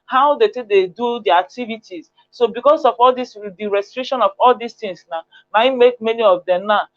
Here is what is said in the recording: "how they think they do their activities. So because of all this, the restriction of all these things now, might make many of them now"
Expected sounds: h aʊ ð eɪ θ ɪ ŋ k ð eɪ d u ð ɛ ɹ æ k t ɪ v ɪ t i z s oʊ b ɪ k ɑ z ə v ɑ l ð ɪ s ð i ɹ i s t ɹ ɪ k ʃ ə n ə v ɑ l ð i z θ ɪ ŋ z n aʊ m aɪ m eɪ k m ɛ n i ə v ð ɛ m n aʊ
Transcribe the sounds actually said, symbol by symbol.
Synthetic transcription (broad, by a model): h aʊ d eɪ t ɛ k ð eɪ d u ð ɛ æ k t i v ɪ t i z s oʊ b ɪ k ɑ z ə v ɑ l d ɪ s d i ɹ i s t ɹ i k ʃ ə n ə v ɑ l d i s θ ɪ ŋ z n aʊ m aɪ m eɪ k m ɛ n i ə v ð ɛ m n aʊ